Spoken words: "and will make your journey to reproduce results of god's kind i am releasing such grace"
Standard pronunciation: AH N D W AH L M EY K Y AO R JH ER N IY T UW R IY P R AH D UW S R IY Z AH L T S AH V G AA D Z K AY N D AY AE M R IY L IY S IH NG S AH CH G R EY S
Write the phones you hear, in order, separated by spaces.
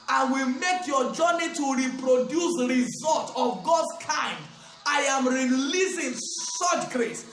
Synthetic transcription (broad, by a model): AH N W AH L M EY K Y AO JH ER N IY T UW R IY P R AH D UW S R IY Z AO L T AH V G AA D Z K AY N D AY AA M R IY L IY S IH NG S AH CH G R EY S